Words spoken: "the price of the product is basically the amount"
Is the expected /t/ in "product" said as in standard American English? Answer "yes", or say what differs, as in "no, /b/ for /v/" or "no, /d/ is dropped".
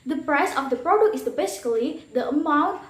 no, /t/ is dropped